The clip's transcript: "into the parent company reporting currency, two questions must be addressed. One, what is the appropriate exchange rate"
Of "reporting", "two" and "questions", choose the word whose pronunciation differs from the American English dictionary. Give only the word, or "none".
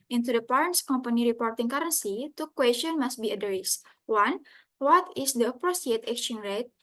questions